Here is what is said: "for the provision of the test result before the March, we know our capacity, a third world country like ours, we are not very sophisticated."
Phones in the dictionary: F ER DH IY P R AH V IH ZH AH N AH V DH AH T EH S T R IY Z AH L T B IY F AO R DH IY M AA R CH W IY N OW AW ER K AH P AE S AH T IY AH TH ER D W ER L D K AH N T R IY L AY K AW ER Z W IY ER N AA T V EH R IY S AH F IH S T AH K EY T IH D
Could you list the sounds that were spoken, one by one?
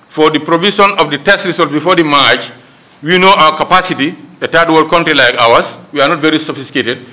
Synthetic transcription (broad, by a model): F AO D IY P R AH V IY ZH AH N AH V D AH T EH S T R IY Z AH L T B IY F AO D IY M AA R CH W IY N OW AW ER K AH P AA S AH T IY AH T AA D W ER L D K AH N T R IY L AY K AW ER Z W IY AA N AA T V EH R IY S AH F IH S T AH K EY T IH D